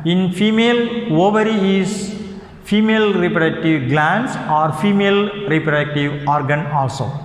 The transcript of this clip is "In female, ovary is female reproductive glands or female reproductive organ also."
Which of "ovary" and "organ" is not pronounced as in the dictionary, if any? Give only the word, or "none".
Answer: none